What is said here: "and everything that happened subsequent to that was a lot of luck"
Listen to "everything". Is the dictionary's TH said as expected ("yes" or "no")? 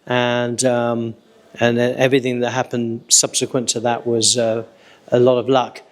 yes